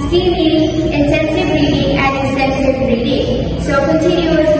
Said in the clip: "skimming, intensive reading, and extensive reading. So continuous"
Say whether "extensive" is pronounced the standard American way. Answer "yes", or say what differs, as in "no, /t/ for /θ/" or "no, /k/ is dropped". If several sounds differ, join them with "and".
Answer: no, /k/ is dropped